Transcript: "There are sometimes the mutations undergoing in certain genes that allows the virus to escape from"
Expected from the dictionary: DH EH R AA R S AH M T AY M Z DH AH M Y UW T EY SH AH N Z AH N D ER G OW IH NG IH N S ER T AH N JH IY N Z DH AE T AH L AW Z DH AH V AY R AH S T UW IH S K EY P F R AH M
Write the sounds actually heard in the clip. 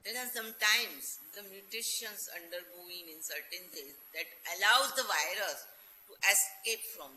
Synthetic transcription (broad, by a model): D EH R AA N S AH M T AY M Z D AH M Y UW T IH SH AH N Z AH N D ER G OW IH NG IH N S ER T AH N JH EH Z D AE T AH L AW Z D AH V AY R AH S T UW IH S K EY P F R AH M